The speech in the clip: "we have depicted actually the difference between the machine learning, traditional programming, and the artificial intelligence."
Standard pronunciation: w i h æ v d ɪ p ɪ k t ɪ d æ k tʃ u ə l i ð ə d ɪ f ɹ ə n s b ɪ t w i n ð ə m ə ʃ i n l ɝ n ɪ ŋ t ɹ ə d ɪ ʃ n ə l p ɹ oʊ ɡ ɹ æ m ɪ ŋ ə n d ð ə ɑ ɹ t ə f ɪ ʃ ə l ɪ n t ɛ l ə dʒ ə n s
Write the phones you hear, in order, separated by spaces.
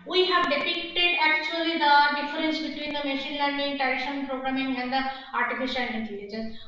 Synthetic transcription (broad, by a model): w i h æ v d ɪ p ɪ k t ɪ d æ k tʃ u ə l i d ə d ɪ f ɹ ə n s b ɪ t w i n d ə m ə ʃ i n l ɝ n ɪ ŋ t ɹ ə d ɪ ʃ ə n p ɹ oʊ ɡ ɹ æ m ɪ ŋ ə n d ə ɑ ɹ t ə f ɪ ʃ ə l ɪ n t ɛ l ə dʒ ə n s